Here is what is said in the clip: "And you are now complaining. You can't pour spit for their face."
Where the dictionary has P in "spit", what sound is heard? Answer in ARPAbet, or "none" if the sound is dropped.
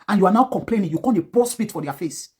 F